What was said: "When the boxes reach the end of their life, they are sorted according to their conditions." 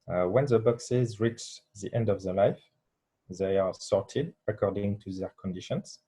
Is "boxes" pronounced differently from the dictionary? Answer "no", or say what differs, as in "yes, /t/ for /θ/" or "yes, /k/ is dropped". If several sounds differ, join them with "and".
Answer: no